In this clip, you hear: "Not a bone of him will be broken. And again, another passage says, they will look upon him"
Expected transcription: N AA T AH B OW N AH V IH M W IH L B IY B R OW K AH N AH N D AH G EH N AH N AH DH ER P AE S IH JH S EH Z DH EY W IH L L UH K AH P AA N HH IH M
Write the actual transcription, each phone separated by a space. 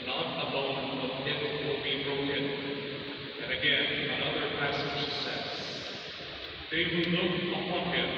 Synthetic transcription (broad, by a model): N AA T AH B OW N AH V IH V W IH L B IY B R OW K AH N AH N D AH G EH N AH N AH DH ER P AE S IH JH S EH S DH EY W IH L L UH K AH P AA N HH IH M